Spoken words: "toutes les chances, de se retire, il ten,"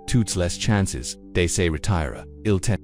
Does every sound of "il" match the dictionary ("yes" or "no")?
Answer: yes